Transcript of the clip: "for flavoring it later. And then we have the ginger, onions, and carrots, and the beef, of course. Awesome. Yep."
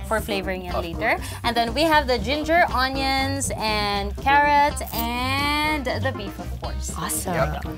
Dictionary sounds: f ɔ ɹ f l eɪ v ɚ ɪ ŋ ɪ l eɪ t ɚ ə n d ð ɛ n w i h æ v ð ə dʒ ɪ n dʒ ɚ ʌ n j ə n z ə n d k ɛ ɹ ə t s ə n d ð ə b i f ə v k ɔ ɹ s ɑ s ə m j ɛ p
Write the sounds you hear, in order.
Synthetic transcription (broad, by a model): f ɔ ɹ f l eɪ v ɚ ɪ ŋ ɪ l eɪ t ɚ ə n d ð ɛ n w i h æ v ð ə dʒ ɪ n dʒ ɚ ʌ n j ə n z ə n d k ɛ ɹ ə t s ə n d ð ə b i f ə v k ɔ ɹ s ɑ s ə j